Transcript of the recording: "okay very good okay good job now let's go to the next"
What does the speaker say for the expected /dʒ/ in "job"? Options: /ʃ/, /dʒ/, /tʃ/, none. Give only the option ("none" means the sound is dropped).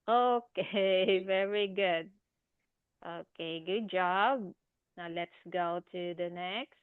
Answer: /dʒ/